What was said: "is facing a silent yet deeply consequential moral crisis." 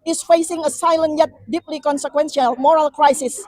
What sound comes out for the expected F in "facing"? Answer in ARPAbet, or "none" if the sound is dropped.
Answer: F